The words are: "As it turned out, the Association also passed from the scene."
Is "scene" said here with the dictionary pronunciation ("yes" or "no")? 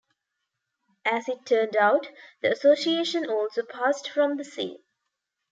no